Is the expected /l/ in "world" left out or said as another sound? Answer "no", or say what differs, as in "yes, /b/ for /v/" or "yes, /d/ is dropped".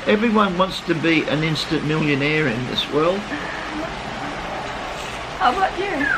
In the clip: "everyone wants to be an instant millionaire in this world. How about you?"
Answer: no